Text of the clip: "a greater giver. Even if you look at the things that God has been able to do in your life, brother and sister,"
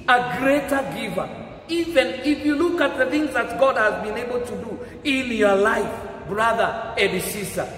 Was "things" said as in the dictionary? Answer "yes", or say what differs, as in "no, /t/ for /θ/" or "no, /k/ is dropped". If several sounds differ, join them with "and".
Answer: yes